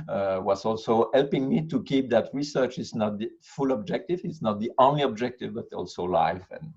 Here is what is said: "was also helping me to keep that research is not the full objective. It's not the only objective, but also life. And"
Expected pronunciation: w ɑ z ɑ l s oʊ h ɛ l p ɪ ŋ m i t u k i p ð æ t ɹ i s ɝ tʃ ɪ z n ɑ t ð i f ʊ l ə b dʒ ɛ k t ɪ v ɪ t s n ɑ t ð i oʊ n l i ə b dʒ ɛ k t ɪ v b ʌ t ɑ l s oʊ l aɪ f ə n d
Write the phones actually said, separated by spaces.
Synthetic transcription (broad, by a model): w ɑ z ɑ l s oʊ h ɛ l p ɪ ŋ m i t u k i p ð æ t ɹ i s ɝ tʃ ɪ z n ɑ t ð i f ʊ l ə b dʒ ɛ k t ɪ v ɪ t s n ɑ t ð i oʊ n l i ə b dʒ ɛ k t ɪ v b ʌ t ɑ l s oʊ l aɪ f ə n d